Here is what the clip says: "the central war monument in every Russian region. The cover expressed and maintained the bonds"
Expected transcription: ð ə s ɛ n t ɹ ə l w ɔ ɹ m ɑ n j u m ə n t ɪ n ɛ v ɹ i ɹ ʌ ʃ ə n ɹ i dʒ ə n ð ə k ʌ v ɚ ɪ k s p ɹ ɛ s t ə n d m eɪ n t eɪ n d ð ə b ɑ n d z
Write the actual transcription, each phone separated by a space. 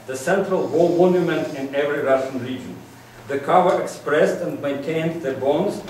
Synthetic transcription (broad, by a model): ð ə s ɛ n t ɹ ə l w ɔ l m ɑ n j u m ə n t ɪ n ɛ v ɹ i ɹ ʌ ʃ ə n ɹ i dʒ ə n ð ə k ʌ v ɚ ɪ k s p ɹ ɛ s t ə n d m eɪ n t eɪ n d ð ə b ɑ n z